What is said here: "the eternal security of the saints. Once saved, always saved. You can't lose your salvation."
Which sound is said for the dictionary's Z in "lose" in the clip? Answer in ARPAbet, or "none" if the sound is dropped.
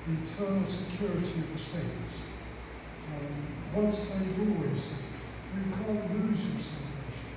Z